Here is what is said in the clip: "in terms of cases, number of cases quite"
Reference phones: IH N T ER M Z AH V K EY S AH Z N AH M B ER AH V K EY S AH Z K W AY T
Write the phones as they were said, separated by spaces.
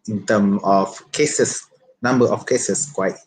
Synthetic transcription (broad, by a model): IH N T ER M AH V K EY S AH S N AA M B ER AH F K EY S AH S K W AY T